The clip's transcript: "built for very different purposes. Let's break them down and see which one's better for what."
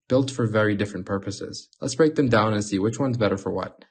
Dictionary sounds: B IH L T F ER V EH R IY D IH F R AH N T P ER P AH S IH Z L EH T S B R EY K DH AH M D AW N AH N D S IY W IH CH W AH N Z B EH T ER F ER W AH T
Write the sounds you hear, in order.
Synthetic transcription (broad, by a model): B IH L T F ER V EH R IY D IH F R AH N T P ER P AH S IH Z L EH T S B R EY K DH AH M D AW N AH N S IY W IH CH W AH N Z B EH T ER F ER W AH T